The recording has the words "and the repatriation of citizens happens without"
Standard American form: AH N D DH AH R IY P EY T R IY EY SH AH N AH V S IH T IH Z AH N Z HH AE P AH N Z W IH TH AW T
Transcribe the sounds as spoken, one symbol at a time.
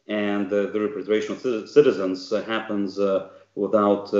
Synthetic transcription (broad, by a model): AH N DH AH R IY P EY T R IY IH SH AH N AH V S IH T IH Z AH N Z HH AE P AH N Z W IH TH AW T